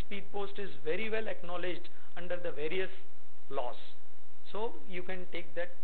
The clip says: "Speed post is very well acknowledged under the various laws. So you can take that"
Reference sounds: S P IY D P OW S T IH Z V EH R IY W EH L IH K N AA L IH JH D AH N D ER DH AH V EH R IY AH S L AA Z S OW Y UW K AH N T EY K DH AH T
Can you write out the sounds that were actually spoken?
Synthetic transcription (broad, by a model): S P IY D P OW S T IH Z V EH R IY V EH L IH K N AA L IH JH D AH N D ER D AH V EH R IY AH S L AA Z S OW Y UW K AH N T EY K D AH T